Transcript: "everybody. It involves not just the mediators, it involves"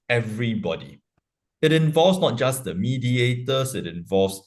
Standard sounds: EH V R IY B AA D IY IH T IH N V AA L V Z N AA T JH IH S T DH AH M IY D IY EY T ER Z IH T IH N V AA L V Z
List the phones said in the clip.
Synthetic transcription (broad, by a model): EH V R IY B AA D IY IH T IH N V AA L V S N AA T JH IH S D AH M IY D IY EY T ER S IH T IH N V AA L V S